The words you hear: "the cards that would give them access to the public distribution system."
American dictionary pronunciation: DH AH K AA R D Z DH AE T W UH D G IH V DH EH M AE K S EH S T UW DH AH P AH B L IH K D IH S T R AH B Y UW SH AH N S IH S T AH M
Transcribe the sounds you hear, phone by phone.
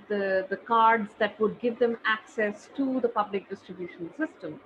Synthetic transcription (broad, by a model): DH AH K AA R D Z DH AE T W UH D G IH V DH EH M AE K S EH S T UW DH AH P AH B L IH K D IH S T R AH B Y UW SH AH N S IH S T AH M